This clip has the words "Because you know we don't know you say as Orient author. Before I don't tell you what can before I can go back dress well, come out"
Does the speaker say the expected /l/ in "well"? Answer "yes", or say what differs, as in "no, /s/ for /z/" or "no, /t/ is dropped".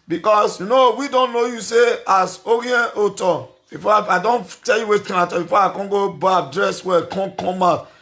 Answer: no, /n/ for /l/